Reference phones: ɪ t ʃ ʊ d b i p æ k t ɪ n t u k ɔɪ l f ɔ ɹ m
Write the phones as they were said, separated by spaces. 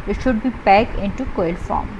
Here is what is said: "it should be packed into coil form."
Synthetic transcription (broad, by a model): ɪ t ʃ ʊ d b i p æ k ɪ n t u k ɔɪ l f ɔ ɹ m